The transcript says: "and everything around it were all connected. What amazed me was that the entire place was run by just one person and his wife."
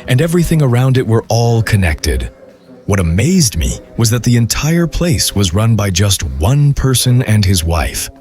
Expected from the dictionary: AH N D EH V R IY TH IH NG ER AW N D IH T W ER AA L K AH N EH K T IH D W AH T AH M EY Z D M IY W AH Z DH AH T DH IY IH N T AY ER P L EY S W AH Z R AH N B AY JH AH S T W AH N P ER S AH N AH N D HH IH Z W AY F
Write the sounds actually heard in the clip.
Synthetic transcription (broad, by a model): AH N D EH V R IY TH IH NG ER AW N D IH T W ER AA L K AH N EH K T IH D W AH T AH M EY Z D M IY W AH Z DH AH T DH IY IH N T AY ER P L EY S W AH Z R AH N B AY JH AH S T W AH N P ER S AH N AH N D IH Z W AY F